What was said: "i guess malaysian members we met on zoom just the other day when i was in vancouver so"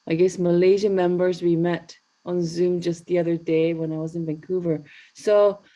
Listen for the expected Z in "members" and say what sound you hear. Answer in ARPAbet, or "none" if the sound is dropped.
Z